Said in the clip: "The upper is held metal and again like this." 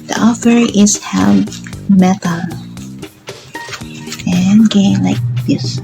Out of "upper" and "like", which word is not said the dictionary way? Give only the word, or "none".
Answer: upper